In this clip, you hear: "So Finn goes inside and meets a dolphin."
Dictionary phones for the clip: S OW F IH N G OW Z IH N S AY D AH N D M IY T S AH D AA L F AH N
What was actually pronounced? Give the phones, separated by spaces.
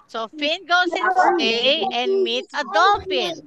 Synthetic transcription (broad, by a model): S OW F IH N G OW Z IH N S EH AH N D M IY T S AH D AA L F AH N